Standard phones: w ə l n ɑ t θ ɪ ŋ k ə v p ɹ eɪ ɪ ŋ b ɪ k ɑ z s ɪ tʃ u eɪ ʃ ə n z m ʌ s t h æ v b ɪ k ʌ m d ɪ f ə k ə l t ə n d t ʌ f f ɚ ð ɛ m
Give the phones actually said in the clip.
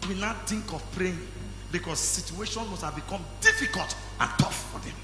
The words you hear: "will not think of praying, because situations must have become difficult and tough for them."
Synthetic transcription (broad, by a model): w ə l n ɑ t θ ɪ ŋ k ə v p ɹ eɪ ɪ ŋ b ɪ k ɑ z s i tʃ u eɪ ʃ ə n m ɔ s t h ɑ v b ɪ k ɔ m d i f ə k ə l t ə n t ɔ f f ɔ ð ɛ m